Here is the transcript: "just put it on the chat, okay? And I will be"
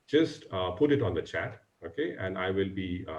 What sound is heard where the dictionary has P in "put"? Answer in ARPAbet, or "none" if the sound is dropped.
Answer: P